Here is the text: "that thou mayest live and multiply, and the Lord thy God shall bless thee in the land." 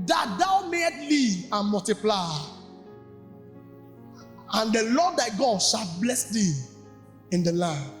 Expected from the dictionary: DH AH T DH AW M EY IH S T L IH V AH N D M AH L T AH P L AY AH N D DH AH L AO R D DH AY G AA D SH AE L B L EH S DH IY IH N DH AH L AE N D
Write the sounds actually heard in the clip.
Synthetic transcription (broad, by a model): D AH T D AW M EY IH T L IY AH N M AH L T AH P L AY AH N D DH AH L AO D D AY G AA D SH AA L B L EH S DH IY IH N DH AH L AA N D